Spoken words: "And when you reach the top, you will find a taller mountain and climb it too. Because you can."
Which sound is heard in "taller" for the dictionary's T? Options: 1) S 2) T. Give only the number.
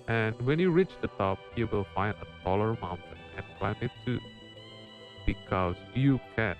1